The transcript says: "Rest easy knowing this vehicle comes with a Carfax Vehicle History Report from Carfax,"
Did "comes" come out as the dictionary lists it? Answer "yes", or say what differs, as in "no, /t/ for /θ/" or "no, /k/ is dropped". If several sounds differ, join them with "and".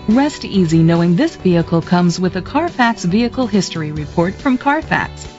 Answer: yes